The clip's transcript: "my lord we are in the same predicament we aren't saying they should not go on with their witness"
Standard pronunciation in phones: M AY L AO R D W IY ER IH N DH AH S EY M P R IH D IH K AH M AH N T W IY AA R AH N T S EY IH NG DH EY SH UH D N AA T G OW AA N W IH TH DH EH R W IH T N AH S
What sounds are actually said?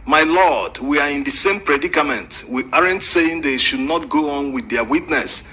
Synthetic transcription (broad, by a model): M AY L AO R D W IY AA IH N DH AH S EY M P R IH D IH K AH M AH N T W IY AA R AH N T S EY IH NG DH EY SH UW D N AA T G OW AA N W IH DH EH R W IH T N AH S